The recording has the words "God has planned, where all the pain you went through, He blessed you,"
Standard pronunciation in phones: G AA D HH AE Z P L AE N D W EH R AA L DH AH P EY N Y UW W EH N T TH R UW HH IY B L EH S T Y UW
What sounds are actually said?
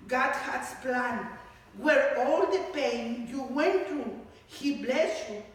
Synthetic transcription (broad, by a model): G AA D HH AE S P L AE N W EH R AA L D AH P EY N Y UW W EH N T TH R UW HH IY B L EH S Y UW